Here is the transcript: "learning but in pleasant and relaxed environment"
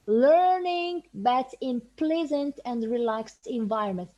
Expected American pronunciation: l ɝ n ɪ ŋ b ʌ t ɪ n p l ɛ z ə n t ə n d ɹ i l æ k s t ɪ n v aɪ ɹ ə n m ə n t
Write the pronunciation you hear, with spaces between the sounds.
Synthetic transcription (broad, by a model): l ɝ n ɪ ŋ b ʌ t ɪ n p l ɛ z ə n t ə n d ɹ i l æ k s t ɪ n v aɪ ɹ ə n m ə n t